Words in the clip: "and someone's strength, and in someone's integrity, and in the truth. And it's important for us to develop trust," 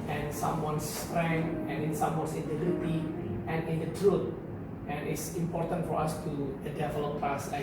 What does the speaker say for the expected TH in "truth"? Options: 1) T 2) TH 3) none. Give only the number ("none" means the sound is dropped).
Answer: 1